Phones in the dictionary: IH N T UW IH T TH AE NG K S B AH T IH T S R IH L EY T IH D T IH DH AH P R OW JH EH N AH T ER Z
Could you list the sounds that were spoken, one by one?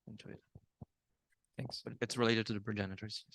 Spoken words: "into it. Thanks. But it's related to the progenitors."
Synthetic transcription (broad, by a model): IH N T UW IH T TH AE NG K S B AH T IH T S R IH L EY T IH D T IH DH AH P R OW JH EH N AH T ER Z